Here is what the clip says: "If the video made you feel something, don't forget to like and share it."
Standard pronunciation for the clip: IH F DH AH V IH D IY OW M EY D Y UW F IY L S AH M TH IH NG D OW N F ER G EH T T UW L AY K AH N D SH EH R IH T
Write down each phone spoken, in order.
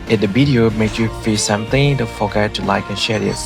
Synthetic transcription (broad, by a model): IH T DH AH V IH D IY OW M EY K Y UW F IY S AH M TH IH NG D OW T F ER G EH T T UW L AY K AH N SH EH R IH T